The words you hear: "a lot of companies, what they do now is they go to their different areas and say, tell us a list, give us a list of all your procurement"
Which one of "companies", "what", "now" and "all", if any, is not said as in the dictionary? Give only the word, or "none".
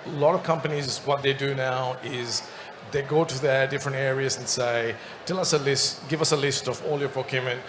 none